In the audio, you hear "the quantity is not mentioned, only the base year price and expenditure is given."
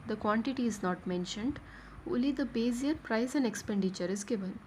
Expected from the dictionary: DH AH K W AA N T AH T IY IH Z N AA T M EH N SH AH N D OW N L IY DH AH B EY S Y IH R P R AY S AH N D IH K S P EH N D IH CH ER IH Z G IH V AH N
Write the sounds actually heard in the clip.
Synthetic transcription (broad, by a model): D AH K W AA N T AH T IY IH Z N AA T M EH N SH AH N D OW L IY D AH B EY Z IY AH R P R AY S AH N D IH K S P EH N D IH CH ER IH Z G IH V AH N